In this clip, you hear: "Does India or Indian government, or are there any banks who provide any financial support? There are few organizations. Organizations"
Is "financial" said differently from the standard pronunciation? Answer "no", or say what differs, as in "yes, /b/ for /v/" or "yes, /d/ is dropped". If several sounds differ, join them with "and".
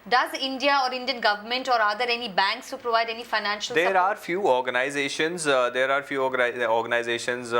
no